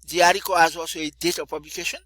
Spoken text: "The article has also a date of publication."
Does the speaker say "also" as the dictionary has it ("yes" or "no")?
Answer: no